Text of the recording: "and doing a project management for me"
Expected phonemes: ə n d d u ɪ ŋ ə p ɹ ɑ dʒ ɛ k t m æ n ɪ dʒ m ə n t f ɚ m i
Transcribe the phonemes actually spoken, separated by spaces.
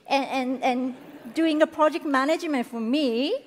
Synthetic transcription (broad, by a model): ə n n d u ɪ ŋ ə p ɹ ɑ dʒ ɛ k t m æ n ɪ dʒ m ə n t f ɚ m i